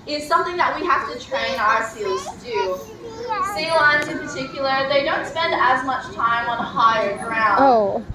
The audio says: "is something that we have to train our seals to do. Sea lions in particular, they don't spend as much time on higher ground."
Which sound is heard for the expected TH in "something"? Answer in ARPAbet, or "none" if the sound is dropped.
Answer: TH